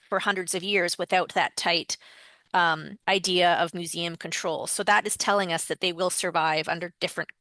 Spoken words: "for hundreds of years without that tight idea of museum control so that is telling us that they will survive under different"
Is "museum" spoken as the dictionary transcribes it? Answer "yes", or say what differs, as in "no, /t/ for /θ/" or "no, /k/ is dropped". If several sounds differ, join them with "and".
yes